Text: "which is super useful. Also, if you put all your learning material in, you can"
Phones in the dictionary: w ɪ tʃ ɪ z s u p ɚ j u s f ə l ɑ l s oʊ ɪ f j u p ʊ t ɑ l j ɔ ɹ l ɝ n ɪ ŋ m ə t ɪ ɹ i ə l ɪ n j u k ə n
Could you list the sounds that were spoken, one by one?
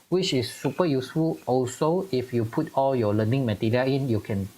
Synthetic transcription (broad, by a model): w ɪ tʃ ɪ s u p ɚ j u s f ə l ɑ l s oʊ ɪ f j u p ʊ t ɑ l j ɔ l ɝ n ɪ ŋ m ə t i ɹ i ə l ɪ n j u k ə n